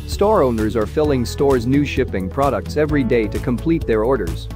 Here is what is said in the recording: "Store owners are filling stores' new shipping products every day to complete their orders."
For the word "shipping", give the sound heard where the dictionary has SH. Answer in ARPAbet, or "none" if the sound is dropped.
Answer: SH